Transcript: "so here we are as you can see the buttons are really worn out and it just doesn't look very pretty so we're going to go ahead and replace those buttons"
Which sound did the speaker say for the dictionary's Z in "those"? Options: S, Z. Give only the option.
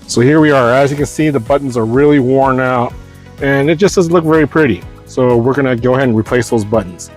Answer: Z